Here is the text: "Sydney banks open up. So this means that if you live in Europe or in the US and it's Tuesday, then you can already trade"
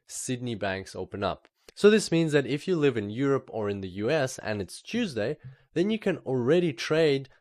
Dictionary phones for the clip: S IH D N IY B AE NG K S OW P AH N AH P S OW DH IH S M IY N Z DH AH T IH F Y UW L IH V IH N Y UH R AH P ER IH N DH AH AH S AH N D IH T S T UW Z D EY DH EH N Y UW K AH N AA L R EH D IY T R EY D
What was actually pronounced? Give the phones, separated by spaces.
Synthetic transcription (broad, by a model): S IH D N IY B AE NG K S OW P AH N AH P S OW DH IH S M IY N Z DH AH T IH F Y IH L IH V IH N Y UH R AH P ER IH N DH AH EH S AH N IH T S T UW Z D EY DH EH N Y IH K AH N L R EH D IY T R EY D